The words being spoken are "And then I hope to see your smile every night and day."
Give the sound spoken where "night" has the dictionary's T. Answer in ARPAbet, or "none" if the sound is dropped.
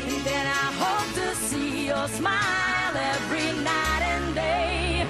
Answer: T